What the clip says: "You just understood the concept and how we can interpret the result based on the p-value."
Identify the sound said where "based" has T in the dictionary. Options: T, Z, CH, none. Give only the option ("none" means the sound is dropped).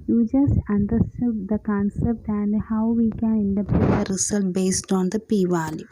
T